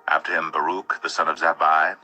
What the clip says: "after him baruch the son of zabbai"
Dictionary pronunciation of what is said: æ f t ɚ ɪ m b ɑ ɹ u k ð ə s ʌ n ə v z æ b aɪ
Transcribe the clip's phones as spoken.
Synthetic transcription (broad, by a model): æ f t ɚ ɪ m b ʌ ɹ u k ð ə s ʌ n ə v z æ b aɪ